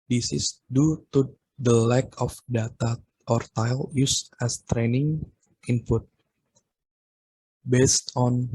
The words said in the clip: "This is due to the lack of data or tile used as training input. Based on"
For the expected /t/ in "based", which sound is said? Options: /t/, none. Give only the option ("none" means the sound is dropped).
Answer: /t/